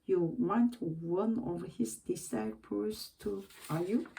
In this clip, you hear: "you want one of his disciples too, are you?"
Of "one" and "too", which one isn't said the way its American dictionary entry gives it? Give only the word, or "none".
none